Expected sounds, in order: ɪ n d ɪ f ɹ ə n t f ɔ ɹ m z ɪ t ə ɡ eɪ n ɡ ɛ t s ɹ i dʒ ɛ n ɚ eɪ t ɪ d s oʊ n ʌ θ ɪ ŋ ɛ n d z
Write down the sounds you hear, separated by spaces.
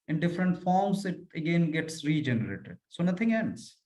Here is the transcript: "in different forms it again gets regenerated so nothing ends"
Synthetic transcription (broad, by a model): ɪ n d ɪ f ɹ ə n t f ɔ ɹ m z ɪ t ə ɡ eɪ n ɡ ɛ t s ɹ i dʒ ɛ n ɚ eɪ t ɪ d s oʊ n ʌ t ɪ ŋ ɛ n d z